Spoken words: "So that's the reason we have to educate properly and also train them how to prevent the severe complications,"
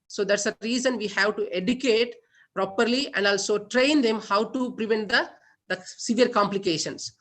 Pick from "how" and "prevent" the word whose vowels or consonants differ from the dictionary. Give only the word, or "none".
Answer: none